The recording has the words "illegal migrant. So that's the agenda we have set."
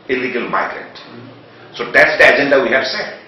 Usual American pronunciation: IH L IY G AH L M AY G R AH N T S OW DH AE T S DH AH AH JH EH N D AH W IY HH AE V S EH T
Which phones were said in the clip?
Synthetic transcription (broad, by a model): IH L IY G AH L M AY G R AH T S OW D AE T S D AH AH JH EH N D AH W IY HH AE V S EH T